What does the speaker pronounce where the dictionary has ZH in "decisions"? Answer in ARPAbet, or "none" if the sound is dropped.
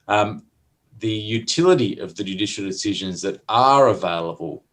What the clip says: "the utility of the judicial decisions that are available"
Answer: ZH